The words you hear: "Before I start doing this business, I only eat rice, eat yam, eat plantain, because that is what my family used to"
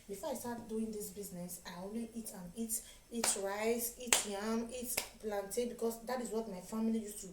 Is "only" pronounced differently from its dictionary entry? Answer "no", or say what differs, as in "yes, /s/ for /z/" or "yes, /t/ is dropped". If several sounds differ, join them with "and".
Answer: yes, /n/ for /l/